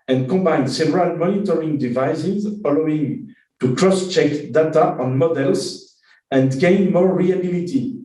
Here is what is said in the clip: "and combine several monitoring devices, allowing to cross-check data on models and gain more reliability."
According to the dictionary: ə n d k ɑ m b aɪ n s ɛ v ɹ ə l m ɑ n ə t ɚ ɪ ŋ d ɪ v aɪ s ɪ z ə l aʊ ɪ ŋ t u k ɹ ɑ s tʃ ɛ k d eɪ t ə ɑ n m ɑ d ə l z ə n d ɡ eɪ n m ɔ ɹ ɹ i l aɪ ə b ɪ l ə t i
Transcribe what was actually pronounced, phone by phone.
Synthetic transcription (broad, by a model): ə n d k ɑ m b aɪ n s ɛ v ɹ ə l m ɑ n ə t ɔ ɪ ŋ d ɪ v aɪ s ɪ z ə l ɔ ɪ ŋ t u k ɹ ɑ s tʃ ɛ k d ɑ t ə ɑ n m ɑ d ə l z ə n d ɡ eɪ n m ɔ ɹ ɹ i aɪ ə b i l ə t i